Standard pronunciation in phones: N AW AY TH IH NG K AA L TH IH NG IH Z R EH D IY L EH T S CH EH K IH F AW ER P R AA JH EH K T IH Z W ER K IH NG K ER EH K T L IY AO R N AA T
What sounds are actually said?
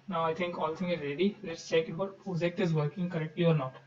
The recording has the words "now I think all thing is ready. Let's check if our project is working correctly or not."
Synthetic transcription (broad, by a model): N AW AY T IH NG K AA L T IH NG IH Z R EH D IY L EH T S CH EH K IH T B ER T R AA Z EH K T IH Z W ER K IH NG K ER EH K T L IY AO R N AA T